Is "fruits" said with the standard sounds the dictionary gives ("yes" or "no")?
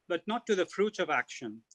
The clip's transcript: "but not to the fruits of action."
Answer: no